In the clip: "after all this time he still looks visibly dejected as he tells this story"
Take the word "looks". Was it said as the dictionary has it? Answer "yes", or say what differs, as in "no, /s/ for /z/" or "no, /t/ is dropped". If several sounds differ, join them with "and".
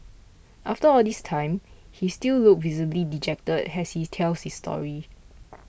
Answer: no, /s/ is dropped